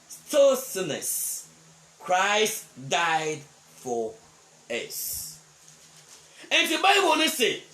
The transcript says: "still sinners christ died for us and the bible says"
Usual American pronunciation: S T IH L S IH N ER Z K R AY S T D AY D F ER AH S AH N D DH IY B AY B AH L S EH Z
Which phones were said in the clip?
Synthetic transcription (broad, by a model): S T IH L S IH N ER S K R AY S T D AY D F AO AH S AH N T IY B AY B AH N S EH